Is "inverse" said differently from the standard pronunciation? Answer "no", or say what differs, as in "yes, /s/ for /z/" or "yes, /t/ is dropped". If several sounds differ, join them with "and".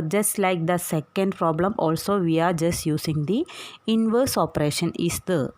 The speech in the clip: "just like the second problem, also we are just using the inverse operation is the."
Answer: no